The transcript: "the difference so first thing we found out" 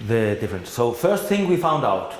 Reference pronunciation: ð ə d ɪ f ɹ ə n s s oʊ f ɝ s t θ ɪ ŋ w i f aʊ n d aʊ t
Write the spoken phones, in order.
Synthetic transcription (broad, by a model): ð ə d ɪ f ɹ ə n s s oʊ f ɝ s t θ ɪ ŋ w i f aʊ n d aʊ t